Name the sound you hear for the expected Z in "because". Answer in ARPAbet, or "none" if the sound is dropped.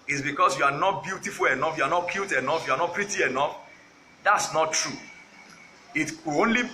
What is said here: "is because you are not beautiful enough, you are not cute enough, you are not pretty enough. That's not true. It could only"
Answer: S